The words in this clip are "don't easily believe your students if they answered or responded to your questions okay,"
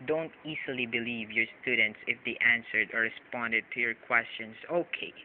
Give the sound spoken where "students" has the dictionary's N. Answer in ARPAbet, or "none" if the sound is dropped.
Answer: N